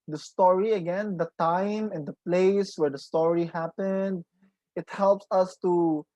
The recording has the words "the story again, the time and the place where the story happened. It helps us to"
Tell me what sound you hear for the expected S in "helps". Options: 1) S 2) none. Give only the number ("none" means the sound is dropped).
1